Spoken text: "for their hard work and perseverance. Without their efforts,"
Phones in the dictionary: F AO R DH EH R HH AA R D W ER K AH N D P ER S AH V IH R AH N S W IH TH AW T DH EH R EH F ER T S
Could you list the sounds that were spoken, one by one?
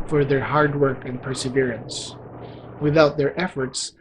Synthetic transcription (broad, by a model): F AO R DH EH R HH AA R D W ER K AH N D P ER S AH V IH R AH N S W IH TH AW T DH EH R EH F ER T S